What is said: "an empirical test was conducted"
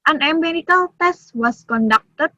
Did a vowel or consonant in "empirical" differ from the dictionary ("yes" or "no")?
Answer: yes